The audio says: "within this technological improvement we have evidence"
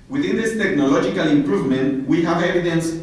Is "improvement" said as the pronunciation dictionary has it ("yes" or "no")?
yes